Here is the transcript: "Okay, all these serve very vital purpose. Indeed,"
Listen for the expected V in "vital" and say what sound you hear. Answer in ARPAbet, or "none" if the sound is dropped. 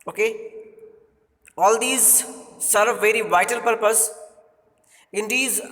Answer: V